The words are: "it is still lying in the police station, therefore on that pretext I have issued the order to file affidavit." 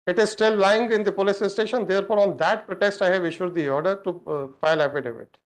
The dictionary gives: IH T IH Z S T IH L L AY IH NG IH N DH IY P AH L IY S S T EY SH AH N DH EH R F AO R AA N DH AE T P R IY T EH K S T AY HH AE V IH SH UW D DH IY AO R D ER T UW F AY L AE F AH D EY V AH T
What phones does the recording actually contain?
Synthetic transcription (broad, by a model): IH T IH Z S T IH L L AY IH NG IH N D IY P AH L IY S S T EY SH AH N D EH R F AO R AA N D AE T P R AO T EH S T AY HH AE V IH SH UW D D IY AO R D ER T UW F AY L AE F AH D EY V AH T